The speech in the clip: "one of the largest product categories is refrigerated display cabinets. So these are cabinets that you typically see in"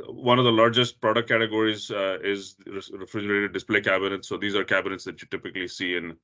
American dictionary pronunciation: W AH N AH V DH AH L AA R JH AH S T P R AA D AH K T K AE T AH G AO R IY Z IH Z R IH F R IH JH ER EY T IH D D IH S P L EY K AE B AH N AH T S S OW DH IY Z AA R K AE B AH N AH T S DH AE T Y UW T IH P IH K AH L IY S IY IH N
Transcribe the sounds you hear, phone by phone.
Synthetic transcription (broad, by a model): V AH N AH V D AH L AA R JH AH S T P R AA D AH K T K AE T AH G AO R IY Z IH Z R IH F R IH JH ER EY T IH D D IH S P L EY K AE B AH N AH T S S OW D IY Z AA R K AE B AH N AH T S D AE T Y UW T IH P IH K AH L IY S IY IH N